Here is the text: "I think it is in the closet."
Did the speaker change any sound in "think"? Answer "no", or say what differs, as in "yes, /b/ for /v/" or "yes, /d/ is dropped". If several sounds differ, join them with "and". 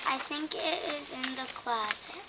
no